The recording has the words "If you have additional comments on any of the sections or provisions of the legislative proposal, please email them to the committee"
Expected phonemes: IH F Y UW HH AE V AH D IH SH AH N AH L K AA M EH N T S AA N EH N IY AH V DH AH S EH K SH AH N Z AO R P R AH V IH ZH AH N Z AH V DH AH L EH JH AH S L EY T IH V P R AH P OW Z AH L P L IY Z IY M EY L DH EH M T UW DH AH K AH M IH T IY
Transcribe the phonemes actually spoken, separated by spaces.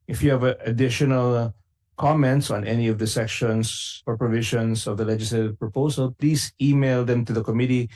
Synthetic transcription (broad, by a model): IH F Y UW HH AE V AH D IH SH AH N AH L K AA M EH N T S AA N EH N IY AH V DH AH S EH K SH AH N S AO R P R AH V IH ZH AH N S AH V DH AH L EH JH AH S L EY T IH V P R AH P OW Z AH L P L IY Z IY M EY L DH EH M T UW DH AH K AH M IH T IY